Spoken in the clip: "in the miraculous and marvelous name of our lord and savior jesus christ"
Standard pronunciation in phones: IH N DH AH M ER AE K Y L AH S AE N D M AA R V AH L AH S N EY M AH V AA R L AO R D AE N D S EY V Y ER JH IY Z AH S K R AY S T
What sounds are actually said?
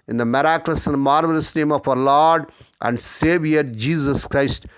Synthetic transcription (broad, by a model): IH N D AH M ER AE K L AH S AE N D M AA R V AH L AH S N EY M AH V AA R L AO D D AE N D S EY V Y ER JH IY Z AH S K R AY S T